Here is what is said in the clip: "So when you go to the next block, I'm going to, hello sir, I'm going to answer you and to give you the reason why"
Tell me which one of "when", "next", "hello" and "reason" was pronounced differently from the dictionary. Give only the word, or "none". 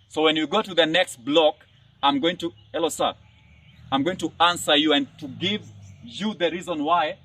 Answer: none